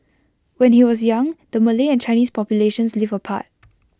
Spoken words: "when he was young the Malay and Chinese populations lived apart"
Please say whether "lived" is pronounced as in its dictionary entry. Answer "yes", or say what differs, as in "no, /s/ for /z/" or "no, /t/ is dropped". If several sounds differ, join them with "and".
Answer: no, /d/ is dropped